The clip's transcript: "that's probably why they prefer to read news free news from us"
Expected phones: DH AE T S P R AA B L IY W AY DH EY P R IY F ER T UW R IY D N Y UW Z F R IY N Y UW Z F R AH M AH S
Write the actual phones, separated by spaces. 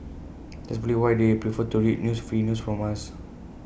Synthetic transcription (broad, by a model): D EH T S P AA L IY W AY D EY P R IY F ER T UW R IY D N Y UW S F R IY N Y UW S F R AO M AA S